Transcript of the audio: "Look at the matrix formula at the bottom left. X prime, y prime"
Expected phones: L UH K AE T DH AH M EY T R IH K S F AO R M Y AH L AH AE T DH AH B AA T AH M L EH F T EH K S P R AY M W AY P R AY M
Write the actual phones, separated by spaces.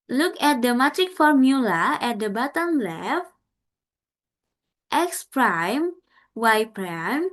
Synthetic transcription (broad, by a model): L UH K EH T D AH M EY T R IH K F AO R M Y AH L AH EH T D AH B AA T AH M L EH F T EH K S P R AY M W AY P R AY M